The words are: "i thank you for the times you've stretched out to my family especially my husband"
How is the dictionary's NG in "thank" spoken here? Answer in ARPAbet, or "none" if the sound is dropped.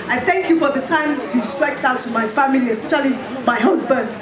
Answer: NG